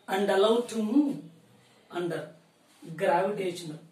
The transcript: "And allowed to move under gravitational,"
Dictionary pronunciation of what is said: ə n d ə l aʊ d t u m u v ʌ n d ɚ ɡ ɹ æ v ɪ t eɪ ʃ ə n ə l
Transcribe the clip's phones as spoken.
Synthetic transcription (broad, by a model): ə n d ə l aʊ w t u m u ʌ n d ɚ ɡ ɹ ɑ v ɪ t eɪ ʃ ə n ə